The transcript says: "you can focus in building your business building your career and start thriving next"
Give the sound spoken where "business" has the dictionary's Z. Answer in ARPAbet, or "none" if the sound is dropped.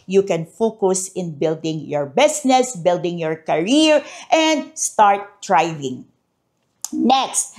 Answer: S